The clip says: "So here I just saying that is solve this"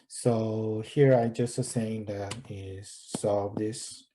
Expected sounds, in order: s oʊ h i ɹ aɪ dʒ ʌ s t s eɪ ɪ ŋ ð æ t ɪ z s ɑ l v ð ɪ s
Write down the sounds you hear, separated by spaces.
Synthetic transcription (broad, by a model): s oʊ h i ɹ aɪ dʒ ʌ s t s eɪ ɪ ŋ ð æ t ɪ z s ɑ v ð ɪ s